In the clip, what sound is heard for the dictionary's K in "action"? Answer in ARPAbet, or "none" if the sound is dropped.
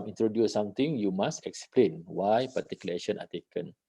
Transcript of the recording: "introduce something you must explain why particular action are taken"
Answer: none